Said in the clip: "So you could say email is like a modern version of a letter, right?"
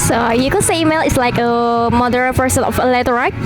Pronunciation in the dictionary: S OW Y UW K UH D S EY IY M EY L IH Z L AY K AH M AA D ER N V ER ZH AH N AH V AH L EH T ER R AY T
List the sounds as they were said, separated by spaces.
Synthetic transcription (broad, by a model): S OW Y UW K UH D S EY IY M EY L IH S L AY K AH M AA D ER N P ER S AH N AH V AH L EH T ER R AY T